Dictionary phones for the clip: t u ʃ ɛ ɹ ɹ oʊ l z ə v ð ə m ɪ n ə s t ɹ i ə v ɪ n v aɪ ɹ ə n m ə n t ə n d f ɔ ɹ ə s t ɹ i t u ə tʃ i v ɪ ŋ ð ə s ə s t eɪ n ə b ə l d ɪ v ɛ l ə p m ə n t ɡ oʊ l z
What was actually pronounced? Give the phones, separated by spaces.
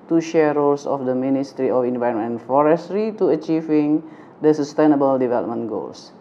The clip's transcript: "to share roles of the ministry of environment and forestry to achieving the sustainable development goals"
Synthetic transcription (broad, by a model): t u ʃ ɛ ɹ ɹ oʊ l s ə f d ə m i n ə s t ɹ i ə f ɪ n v aɪ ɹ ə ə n ə n f ɔ ɹ ə s t ɹ i t u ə tʃ i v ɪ ŋ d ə s ə s t eɪ n ə b ə l d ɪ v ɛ l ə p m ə n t ɡ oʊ l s